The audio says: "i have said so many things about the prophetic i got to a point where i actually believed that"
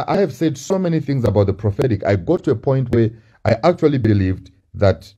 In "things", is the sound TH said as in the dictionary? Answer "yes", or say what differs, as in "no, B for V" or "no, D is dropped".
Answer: yes